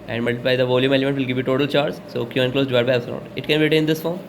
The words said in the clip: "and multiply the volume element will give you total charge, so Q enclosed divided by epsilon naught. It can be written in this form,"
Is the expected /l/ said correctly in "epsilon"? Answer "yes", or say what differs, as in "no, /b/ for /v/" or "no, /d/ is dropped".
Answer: no, /l/ is dropped